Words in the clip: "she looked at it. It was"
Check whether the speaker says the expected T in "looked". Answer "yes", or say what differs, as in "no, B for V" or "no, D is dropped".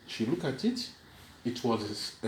no, T is dropped